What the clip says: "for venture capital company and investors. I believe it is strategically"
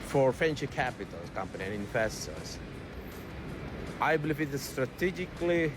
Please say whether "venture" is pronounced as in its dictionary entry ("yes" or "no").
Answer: no